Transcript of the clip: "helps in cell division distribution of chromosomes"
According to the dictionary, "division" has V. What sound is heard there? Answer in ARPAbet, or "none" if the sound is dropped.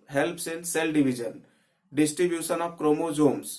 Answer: B